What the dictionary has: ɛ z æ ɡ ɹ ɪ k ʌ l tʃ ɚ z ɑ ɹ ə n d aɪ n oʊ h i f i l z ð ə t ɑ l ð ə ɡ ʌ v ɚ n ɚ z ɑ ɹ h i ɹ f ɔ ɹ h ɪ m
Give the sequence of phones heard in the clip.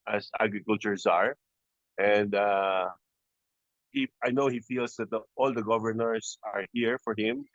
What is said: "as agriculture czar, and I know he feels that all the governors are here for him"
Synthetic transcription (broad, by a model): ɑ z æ ɡ ɹ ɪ k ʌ l tʃ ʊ s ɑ ɹ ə n d aɪ n oʊ h i f i l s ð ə t ɑ l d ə ɡ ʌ v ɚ n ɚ s ɑ ɹ h i ɹ f ɔ ɹ h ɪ m